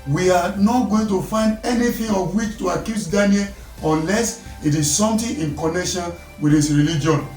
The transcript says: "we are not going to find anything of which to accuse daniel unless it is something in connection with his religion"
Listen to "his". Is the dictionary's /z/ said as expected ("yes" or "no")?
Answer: no